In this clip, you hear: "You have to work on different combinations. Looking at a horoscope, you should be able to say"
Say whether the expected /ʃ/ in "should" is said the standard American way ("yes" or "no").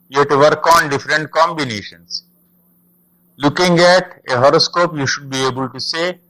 yes